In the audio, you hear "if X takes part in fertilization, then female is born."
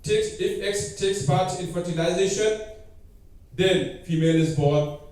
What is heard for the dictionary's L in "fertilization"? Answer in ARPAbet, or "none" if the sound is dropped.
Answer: N